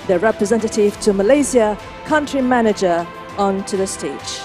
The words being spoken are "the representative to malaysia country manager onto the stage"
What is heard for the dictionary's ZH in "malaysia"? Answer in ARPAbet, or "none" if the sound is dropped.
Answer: Z